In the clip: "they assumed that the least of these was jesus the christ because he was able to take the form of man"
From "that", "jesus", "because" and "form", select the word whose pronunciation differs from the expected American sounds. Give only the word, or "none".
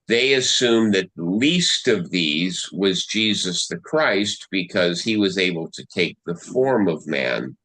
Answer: none